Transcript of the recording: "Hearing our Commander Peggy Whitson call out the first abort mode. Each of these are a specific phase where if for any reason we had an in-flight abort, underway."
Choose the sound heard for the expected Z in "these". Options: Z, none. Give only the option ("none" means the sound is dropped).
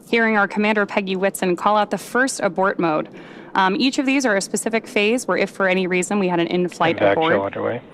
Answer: Z